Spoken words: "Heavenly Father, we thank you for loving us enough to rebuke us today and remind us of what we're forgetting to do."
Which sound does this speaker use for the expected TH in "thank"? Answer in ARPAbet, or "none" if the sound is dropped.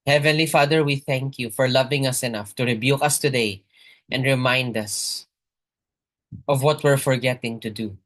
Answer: TH